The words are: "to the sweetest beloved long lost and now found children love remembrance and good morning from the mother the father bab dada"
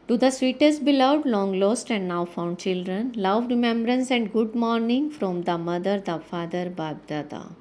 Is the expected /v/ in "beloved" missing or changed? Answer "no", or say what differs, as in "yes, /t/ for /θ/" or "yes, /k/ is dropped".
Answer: yes, /v/ is dropped